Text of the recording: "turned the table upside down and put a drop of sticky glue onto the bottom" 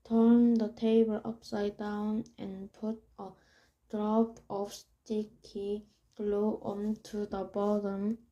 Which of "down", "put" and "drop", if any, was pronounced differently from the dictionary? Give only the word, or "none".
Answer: none